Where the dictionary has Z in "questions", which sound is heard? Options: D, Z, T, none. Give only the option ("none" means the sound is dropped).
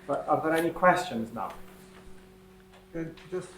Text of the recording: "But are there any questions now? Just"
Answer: Z